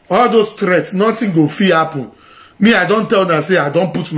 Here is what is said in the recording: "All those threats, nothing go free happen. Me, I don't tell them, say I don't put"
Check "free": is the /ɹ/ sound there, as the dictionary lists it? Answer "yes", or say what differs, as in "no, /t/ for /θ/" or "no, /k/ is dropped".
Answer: no, /ɹ/ is dropped